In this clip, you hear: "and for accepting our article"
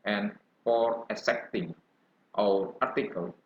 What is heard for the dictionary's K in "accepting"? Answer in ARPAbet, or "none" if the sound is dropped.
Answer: none